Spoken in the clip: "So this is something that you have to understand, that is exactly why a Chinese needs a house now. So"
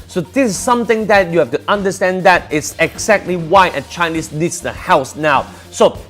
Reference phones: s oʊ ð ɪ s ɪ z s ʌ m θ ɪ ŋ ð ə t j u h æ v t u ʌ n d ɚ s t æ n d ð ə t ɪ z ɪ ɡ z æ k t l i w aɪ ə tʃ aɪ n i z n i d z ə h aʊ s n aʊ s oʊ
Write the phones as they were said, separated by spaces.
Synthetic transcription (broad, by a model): s oʊ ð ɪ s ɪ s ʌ m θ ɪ ŋ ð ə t j u h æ f t u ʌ n d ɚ s t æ n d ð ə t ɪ s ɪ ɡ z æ k t l i w aɪ ə tʃ aɪ n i s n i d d ə h aʊ s n aʊ s oʊ